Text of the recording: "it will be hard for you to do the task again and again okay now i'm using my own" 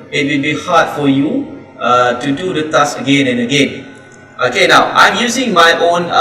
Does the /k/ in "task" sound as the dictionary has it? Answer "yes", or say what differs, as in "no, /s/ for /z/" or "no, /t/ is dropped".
no, /k/ is dropped